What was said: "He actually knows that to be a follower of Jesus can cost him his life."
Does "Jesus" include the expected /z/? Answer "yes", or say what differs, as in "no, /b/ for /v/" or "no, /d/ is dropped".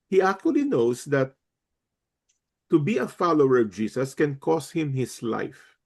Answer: no, /s/ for /z/